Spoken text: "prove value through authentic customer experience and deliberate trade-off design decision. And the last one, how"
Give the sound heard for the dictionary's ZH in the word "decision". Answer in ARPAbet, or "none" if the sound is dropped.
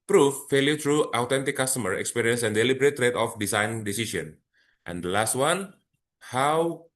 S